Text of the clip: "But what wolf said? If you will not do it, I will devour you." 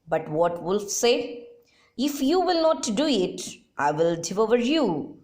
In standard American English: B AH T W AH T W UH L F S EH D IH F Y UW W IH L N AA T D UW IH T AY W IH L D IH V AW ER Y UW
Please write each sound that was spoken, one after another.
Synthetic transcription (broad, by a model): B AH T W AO T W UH L F S EH IH F Y UW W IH L N AA T D UW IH T AY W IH L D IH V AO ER Y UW